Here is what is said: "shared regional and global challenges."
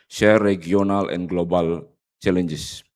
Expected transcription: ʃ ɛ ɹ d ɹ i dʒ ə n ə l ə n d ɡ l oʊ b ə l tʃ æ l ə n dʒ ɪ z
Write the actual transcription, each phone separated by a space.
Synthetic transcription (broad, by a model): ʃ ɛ ɹ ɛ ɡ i ə n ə l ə n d ɡ l oʊ b ə l tʃ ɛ l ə n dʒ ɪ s